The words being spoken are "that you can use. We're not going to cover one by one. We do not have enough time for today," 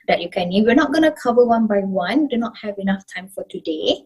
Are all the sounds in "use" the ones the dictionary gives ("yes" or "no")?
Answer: no